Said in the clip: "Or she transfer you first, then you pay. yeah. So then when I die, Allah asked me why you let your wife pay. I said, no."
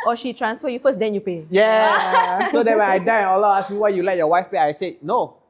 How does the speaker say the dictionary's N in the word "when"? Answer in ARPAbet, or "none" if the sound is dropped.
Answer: none